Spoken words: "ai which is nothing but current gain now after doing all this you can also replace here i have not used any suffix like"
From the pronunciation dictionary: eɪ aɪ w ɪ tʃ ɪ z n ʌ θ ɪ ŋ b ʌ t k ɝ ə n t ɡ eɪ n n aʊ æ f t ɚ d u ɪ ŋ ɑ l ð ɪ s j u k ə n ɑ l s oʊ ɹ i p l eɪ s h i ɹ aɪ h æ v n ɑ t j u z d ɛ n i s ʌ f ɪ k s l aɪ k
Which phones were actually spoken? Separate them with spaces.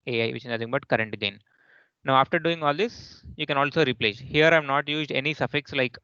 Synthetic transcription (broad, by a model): eɪ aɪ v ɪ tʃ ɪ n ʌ t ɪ ŋ b ʌ t k ɝ ə n t ɡ eɪ n n aʊ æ f t ɚ d u ɪ ŋ ɑ l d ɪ s j u k ə n ɑ l s oʊ ɹ i p l eɪ s h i ɹ aɪ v n ɑ t j u z d ɛ n i s ʌ f ɪ k s l aɪ k